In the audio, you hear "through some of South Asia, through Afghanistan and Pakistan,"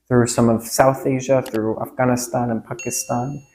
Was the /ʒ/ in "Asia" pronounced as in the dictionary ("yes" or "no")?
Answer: yes